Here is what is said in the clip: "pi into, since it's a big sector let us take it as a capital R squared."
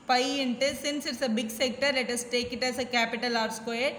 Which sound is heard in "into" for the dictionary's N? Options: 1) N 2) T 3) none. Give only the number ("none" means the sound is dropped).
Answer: 1